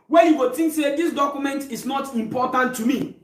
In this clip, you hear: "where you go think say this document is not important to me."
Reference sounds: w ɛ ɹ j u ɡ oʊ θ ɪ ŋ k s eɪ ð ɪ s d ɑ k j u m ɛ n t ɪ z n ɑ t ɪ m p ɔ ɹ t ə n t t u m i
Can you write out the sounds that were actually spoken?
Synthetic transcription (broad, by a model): w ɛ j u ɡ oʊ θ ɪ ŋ k s eɪ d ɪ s d ɑ k j u m ɛ n t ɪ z n ɑ t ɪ m p ɔ t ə n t t u m i